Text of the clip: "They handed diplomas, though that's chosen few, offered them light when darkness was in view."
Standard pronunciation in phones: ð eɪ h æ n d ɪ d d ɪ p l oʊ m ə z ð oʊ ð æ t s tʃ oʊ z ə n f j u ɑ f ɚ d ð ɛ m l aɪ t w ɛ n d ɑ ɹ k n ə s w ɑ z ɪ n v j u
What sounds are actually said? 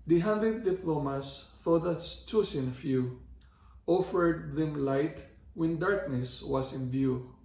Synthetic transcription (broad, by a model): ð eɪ h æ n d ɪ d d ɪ p l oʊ m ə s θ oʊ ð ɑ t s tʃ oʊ s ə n f j u ɑ f ɚ d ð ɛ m l aɪ t w ɛ n d ɑ ɹ k n ə s w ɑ s ɪ n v j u